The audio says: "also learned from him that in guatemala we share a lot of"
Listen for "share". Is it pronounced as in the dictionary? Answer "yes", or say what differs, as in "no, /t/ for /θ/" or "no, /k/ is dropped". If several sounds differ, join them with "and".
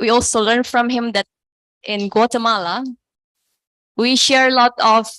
yes